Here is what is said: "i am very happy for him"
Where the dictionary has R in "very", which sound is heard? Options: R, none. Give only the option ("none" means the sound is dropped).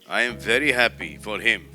R